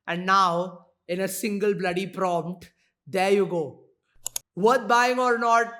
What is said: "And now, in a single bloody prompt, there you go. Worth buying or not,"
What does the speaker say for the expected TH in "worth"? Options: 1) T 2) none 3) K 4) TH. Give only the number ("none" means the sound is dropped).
1